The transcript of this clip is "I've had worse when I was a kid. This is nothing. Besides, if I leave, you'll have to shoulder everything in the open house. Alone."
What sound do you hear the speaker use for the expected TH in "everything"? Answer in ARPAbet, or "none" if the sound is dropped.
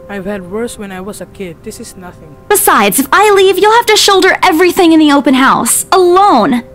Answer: TH